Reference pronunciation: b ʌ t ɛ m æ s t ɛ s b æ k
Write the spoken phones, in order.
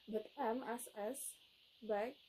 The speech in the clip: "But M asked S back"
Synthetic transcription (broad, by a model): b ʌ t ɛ m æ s ɛ s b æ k